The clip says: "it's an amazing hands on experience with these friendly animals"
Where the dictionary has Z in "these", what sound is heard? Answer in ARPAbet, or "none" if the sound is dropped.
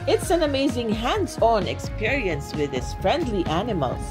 S